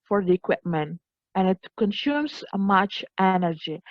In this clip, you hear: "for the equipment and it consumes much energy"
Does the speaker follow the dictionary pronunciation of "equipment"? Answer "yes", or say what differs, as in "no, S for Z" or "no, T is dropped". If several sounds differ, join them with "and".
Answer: yes